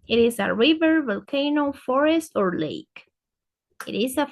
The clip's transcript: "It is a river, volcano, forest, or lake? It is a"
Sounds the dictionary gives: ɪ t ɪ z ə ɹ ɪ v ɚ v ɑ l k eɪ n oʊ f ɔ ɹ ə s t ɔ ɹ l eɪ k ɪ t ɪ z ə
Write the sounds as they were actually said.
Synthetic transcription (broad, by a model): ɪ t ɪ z ə ɹ ɪ v ɚ v ɑ l k eɪ n oʊ f ɔ ɹ ə s t ɔ ɹ l eɪ k ɪ t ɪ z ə